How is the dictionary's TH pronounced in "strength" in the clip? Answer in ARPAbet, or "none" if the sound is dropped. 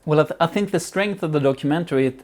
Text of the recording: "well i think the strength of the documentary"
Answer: TH